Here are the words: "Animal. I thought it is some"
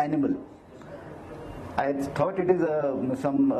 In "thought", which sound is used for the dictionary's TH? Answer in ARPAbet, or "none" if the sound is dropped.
T